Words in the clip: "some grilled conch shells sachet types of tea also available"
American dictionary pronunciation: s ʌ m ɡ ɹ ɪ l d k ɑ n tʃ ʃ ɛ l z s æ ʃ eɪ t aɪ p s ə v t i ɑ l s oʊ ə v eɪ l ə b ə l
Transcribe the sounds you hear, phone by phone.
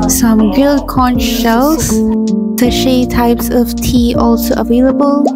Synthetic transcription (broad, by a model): s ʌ m ɡ ɪ l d k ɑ n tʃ ʃ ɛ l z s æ ʃ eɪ t aɪ p s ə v t i ɑ l s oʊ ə v eɪ l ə b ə l